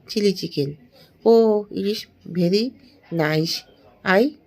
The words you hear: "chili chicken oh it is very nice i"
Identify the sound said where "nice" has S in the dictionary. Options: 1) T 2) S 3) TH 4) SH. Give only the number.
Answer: 4